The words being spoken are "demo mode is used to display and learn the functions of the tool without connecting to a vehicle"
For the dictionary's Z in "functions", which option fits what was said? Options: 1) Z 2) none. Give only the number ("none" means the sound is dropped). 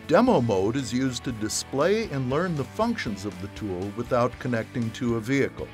1